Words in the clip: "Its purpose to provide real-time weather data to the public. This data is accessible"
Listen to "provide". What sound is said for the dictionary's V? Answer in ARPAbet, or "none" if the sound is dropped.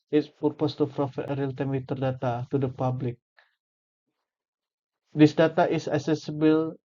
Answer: F